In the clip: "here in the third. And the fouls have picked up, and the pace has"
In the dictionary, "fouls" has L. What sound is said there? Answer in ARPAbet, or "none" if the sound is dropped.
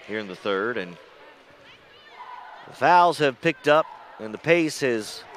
L